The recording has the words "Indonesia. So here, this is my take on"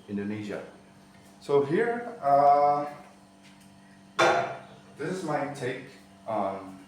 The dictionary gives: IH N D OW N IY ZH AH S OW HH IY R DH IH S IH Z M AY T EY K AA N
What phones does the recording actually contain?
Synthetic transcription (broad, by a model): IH N D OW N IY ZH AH S OW HH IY R DH IH S IH Z M AY T EY K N